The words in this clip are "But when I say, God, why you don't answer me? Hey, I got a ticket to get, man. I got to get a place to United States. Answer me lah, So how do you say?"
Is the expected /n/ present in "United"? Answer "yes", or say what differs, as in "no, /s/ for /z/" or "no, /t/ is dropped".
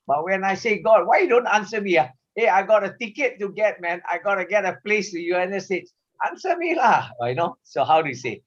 no, /n/ is dropped